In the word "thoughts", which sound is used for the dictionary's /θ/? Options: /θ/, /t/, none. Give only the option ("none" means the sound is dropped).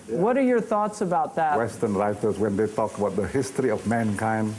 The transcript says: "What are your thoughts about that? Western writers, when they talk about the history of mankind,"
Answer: /θ/